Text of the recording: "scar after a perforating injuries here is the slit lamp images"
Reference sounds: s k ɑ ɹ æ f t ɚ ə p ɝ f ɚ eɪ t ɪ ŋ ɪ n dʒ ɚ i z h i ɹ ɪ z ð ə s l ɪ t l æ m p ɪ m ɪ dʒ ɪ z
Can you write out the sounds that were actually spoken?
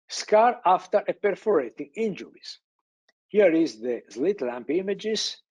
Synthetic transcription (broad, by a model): s k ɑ ɹ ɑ f t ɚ ə p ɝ f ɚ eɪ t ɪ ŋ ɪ n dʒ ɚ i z h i ɹ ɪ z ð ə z l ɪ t l æ m p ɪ m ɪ dʒ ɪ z